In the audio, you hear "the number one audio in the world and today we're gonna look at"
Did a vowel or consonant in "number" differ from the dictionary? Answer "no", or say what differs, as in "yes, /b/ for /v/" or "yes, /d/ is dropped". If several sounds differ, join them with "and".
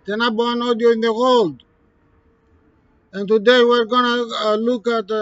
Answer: yes, /m/ is dropped